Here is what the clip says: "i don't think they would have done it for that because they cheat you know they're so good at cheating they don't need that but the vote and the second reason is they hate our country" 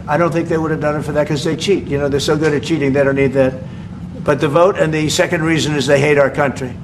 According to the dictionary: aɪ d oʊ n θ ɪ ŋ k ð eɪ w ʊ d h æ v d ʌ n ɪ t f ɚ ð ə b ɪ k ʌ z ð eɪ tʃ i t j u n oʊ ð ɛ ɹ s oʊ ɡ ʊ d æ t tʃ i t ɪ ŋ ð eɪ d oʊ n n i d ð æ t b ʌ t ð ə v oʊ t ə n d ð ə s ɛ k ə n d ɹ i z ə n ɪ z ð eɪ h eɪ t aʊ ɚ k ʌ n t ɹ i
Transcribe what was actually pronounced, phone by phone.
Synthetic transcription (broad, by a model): aɪ d oʊ n θ ɪ ŋ k ð eɪ w ʊ d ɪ v d ʌ n ɪ t f ɚ ð ə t k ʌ z ð eɪ tʃ i t j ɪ n oʊ ð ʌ ɹ s oʊ ɡ ʊ d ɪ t tʃ i t ɪ ŋ ð eɪ d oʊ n n i d ð æ t b ʌ t ð ə v oʊ t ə n ð ə s ɛ k ə n d ɹ i z ə n ɪ z ð eɪ h eɪ t aʊ ɚ k ʌ n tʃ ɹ i